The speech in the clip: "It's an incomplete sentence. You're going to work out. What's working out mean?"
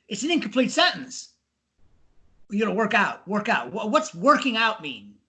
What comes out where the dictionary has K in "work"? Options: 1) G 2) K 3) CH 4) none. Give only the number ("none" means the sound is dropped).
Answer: 2